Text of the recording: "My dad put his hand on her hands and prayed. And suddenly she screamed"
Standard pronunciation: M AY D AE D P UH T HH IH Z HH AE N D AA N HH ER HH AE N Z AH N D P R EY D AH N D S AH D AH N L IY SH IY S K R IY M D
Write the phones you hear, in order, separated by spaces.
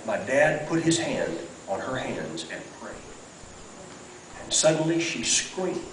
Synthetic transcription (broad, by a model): M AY D AE D P UH T HH IH Z HH AE N D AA N ER HH AE N Z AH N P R EY AH N S AH D N L IY SH IY S K R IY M